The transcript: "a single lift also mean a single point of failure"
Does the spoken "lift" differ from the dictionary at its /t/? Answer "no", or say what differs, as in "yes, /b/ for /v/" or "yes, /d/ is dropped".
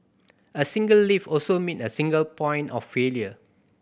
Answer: yes, /t/ is dropped